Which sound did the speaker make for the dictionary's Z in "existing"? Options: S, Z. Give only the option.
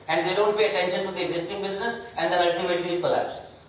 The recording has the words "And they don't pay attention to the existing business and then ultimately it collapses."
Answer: Z